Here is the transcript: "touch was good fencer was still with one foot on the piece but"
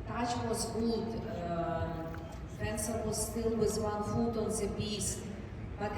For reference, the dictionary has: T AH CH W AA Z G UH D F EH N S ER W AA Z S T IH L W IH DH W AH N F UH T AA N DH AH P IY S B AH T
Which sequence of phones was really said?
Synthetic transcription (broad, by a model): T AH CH W AA Z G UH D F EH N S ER W AA Z S T IH L W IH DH W AH N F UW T AA N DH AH B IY S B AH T